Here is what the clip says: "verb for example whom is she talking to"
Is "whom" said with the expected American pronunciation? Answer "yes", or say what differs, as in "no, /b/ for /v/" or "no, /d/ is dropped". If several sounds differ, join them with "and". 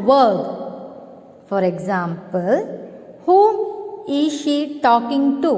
no, /m/ is dropped